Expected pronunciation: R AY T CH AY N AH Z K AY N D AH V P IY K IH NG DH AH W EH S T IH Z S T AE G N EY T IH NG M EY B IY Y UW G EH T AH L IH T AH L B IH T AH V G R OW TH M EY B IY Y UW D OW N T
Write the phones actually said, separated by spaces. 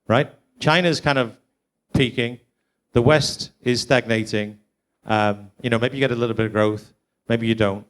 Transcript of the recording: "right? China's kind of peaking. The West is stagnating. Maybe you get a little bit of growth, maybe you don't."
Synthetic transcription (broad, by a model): R AY T CH AY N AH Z K AY N D AH V P IY K IH NG DH AH W EH S T IH Z S T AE G N EY T IH NG M EY B IY Y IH G EH T AH L IH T L B IH T AH V G R OW TH M EY B IY Y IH D OW N T